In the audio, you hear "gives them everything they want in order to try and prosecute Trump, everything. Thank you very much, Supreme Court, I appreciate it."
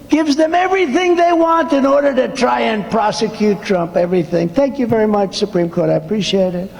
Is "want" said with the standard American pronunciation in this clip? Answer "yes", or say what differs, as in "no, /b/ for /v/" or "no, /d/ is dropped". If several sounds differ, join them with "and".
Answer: yes